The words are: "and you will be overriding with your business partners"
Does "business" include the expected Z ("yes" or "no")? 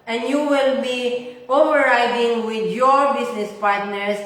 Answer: no